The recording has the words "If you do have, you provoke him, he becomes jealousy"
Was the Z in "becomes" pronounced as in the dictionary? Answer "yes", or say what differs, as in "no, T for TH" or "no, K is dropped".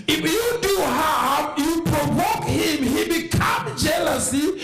no, Z is dropped